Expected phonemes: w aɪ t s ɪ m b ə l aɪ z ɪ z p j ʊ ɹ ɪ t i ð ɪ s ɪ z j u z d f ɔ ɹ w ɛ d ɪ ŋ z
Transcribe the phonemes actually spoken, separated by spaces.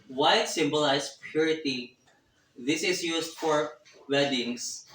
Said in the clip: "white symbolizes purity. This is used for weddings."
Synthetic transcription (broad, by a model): w aɪ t s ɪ m b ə l aɪ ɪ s p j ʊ ɹ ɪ t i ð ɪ s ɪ s j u s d f ɔ ɹ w ɛ d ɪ ŋ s